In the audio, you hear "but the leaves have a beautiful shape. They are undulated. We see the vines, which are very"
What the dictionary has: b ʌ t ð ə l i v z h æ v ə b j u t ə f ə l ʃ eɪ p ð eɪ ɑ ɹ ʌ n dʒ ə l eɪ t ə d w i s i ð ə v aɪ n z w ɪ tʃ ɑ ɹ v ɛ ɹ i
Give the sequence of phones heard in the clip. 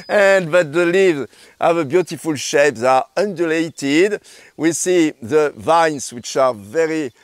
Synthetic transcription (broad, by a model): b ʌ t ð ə l i v z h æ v ə b j u t ə f ə l ʃ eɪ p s ɑ ɹ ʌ n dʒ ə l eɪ t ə d w i s i ð ə v aɪ n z w ɪ tʃ ɑ ɹ v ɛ ɹ i